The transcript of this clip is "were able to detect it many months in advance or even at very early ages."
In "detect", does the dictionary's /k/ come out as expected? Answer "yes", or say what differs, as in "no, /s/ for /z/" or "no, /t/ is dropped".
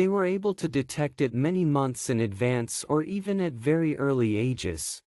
yes